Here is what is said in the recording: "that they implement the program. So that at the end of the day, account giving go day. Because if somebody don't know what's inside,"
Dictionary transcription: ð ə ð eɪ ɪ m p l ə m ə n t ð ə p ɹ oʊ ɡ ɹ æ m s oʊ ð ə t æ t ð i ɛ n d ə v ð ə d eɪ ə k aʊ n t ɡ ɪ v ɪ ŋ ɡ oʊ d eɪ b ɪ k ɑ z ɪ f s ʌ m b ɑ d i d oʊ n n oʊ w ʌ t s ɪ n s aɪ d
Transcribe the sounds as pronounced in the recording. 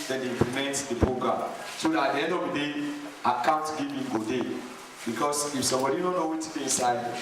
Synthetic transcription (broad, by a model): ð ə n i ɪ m p l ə m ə n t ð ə p ɹ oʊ ɡ ɹ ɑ m s oʊ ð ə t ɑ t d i ɛ n d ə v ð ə d eɪ ə k aʊ n t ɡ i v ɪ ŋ ɡ oʊ d eɪ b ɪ k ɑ s ɪ f s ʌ m b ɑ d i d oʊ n n oʊ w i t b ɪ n s aɪ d